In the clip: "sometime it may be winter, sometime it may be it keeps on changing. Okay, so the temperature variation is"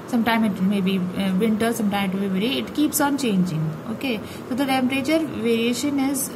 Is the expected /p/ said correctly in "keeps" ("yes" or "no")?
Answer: yes